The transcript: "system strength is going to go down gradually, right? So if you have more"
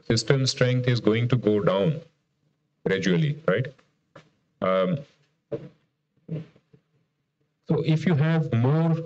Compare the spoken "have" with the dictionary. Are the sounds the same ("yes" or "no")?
yes